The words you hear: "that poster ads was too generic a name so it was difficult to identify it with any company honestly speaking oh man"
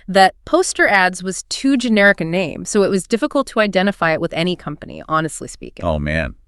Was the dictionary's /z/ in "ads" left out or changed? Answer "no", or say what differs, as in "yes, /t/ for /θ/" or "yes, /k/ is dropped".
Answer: no